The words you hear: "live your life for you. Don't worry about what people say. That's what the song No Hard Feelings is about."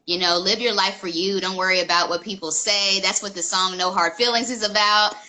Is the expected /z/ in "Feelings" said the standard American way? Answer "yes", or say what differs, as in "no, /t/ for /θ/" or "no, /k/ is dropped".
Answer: yes